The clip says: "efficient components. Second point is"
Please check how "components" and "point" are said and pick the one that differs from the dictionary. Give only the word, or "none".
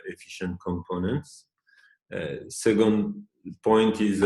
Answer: none